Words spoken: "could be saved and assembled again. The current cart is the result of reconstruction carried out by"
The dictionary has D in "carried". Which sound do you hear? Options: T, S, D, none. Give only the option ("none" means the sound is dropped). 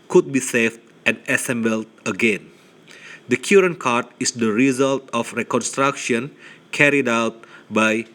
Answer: D